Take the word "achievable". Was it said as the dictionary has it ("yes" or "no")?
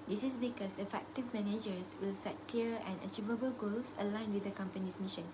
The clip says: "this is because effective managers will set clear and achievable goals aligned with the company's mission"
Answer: yes